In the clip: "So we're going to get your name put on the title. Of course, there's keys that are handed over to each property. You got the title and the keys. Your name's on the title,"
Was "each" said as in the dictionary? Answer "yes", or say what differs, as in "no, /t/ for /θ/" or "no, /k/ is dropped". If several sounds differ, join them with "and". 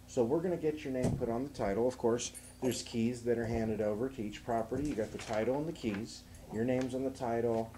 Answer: yes